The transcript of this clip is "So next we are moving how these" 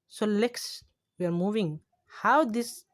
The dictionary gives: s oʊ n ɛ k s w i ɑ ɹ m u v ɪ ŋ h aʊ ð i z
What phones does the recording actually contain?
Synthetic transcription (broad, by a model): s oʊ l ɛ k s w i ɑ ɹ m u v ɪ ŋ h aʊ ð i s